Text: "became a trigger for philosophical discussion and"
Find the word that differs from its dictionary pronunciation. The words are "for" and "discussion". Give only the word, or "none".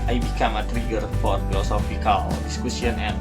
discussion